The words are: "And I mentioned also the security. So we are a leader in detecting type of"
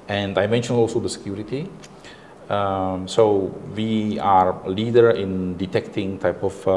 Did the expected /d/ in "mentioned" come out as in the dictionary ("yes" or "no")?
no